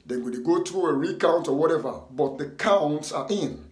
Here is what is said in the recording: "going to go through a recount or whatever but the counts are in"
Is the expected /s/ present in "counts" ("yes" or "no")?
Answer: yes